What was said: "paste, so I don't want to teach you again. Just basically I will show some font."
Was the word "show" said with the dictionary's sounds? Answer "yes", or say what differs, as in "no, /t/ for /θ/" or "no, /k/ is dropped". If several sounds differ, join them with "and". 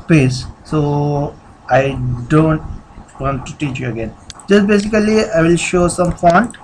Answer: yes